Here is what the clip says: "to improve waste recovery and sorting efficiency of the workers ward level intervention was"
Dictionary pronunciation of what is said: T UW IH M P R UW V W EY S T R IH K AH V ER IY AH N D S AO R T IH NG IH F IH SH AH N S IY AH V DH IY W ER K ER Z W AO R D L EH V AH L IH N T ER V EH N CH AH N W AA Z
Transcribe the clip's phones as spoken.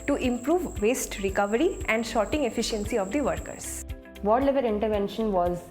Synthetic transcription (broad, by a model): T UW IH M P R UW V EY S T R IH K AH V ER IY AH N D SH AO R T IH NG IH F IH SH AH N S IY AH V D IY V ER K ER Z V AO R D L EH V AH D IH N T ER V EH N SH AH N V AA Z